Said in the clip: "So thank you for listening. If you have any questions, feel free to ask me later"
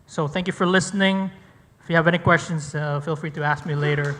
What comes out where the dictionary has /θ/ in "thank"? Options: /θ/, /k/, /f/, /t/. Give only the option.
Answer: /θ/